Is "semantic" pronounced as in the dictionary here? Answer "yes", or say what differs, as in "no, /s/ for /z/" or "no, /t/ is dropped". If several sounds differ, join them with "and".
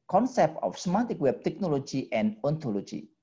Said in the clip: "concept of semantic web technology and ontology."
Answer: no, /n/ is dropped